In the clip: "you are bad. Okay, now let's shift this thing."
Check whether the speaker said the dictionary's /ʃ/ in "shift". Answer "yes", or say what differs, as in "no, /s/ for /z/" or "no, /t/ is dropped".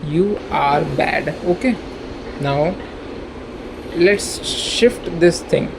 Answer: yes